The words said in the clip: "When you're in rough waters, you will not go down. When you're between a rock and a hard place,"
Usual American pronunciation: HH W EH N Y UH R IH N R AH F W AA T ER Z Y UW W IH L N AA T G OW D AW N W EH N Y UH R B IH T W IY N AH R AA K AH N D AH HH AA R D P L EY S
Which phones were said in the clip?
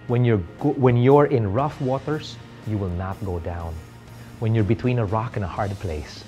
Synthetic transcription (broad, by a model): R W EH N Y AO R IH N R AH F W AA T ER S Y UW W IH L N AA T G OW D AW N W EH N Y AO R B IH T W IY N AH R AA K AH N AH HH AA R D P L EY S